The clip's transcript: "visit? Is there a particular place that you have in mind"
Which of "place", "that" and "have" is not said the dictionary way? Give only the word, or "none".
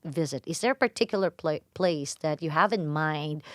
none